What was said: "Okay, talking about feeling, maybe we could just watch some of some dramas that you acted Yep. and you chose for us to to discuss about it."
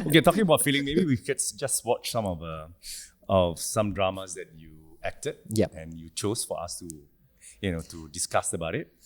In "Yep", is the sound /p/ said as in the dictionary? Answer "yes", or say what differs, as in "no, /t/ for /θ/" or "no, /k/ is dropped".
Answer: no, /p/ is dropped